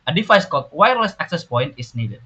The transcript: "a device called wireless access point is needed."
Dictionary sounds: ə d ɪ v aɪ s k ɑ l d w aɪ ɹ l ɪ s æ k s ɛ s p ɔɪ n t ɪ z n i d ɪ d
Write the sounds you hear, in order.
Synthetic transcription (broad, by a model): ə d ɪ f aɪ s k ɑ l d w aɪ ɹ l ɪ s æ k s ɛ s p ɔɪ n t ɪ s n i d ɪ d